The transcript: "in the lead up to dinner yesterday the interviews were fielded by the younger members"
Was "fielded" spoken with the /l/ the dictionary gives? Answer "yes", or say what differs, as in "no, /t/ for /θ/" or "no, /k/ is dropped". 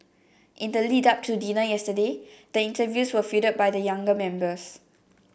no, /l/ is dropped